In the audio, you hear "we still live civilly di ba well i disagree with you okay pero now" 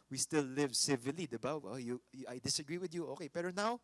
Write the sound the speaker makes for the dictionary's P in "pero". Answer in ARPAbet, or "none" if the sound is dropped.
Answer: B